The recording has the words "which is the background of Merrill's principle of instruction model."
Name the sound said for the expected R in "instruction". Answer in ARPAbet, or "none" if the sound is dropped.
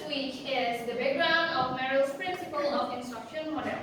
none